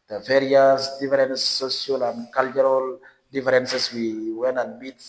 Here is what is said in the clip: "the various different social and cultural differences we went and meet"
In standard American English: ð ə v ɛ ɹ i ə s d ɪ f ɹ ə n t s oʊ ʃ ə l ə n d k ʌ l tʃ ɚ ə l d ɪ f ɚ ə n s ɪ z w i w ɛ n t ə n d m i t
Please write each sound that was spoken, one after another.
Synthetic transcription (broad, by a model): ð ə v ɛ ɹ i ə s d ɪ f ɹ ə n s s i ə l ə n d k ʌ l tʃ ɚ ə l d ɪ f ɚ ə n s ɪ s w i w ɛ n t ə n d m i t